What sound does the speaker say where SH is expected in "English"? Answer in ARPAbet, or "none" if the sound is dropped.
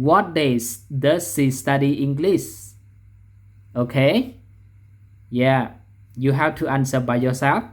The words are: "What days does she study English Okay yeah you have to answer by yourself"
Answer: S